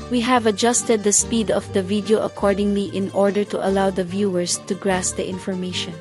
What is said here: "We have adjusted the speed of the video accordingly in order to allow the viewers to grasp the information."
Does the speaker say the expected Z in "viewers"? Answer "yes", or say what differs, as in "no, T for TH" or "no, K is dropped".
no, S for Z